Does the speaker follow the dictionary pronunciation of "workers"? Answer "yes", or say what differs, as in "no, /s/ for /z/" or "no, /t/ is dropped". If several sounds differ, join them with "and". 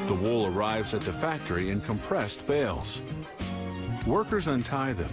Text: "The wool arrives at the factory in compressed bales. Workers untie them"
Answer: yes